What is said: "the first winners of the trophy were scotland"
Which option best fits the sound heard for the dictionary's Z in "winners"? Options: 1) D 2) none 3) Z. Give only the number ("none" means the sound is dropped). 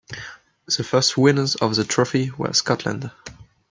3